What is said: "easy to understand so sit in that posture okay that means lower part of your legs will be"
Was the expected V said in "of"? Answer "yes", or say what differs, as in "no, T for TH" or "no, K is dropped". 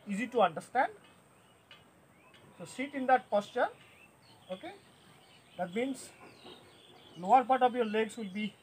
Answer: no, P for V